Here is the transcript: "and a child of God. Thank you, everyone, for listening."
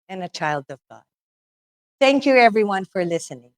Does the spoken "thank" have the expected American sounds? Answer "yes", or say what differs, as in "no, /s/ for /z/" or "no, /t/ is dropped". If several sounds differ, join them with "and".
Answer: yes